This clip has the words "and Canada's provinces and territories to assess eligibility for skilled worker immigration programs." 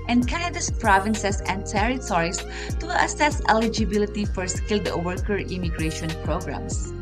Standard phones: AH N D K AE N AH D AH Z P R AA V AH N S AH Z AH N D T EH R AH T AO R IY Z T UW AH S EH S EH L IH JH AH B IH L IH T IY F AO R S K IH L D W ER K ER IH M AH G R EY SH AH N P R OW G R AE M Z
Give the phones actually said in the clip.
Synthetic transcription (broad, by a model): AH N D K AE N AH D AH S P R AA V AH N S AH S AH N D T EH R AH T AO R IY S T UW AH S EH S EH L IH JH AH B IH L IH T IY F AO R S K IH L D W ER K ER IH M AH G R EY SH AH N P R OW G R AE M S